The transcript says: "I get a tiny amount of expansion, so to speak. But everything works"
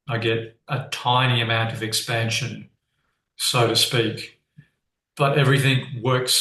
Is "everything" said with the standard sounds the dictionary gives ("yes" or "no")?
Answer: yes